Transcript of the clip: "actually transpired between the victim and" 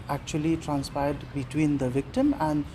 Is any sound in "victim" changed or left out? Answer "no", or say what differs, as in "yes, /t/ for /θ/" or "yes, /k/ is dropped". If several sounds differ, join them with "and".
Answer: no